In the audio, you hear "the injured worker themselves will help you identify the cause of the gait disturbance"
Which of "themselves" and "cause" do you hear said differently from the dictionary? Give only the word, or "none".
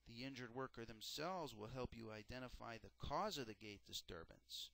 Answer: none